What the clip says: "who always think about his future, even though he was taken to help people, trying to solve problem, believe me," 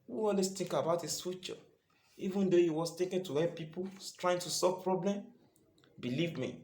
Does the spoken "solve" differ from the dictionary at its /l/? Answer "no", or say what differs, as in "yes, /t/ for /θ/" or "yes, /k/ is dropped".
yes, /l/ is dropped